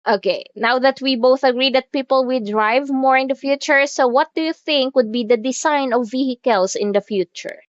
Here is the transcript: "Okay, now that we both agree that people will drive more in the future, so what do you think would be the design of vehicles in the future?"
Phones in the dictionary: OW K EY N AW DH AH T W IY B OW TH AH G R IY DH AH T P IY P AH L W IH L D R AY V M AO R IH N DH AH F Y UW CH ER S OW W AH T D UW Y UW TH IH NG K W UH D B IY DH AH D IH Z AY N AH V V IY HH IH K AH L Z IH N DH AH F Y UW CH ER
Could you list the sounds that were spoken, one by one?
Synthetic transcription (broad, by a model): OW K EY N AW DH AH T W IY B OW TH AH G R IY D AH T P IY P AH L W IH L D R AY V M AO R IH N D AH F Y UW CH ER S OW W AH T D UW Y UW TH IH NG K W UH D B IY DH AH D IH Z AY N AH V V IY HH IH K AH L S IH N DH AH F Y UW CH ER